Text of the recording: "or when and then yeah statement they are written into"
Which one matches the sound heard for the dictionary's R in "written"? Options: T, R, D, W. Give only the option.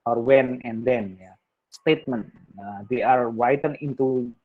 W